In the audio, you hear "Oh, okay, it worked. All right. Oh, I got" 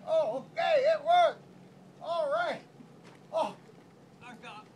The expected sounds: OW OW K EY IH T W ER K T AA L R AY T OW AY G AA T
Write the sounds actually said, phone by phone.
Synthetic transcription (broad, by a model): OW OW K EY IH T W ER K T AA L R AY T OW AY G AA